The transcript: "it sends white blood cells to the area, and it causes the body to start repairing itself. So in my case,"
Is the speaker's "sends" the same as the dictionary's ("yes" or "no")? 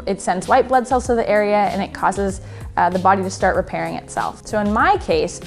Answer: yes